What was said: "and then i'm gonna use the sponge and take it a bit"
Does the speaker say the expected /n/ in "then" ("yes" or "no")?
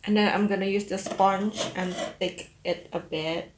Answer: no